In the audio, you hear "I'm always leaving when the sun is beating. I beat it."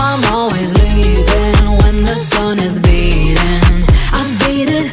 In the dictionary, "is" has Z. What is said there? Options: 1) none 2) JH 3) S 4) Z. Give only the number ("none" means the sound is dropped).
4